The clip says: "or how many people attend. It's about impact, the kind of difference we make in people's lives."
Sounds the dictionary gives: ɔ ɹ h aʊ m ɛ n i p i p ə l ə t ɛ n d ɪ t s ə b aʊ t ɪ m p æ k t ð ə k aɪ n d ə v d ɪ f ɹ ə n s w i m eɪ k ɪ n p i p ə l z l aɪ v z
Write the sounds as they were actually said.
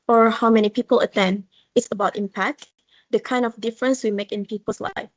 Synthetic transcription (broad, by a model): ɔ ɹ h aʊ m ɛ n i p i p ə l ə t ɛ n d ɪ t s ə b aʊ t ɪ m p æ k t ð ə k aɪ n d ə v d ɪ f ɹ ə n s w i m eɪ k ɪ n p i p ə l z l aɪ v